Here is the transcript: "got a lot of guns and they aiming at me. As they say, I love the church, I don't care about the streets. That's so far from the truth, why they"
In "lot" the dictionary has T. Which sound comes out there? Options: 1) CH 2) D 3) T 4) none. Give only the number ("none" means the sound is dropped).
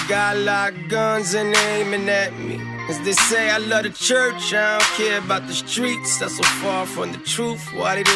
4